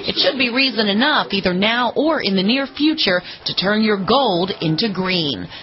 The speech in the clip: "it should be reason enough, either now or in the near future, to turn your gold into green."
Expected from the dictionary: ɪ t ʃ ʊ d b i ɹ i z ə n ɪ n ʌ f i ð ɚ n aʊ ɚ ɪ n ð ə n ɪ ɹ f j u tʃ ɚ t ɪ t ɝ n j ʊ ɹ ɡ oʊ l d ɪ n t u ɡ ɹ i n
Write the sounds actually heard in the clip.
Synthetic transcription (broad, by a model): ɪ t ʃ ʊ d b i ɹ i z ə n ɪ n ʌ f i ð ɚ n aʊ ɚ ɪ n ð ə n ɪ ɹ f j u tʃ ɚ t ɪ t ɝ n j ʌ ɹ ɡ oʊ l d ɪ n t u ɡ ɹ i n